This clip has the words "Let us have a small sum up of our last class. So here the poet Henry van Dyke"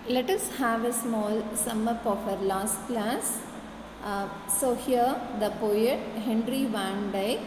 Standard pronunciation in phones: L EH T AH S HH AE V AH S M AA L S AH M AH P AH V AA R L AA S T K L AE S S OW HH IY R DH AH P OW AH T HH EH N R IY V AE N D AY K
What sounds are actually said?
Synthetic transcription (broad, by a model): L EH T AH S HH AE V AH S M AA L S AH M AH P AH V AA R L AA S T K L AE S S OW HH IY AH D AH P OW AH T HH EH N R IY V AE N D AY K